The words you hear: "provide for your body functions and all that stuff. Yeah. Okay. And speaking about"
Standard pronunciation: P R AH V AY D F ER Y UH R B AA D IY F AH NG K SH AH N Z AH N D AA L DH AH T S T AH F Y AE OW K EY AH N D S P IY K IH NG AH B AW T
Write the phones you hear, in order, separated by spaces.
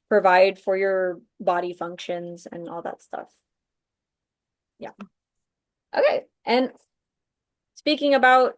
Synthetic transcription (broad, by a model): P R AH V AY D F ER Y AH R B AA D IY F AH NG K SH AH N Z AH N AA L DH AH T S T AH F Y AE OW K EY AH N S P IY K IH NG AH B AW T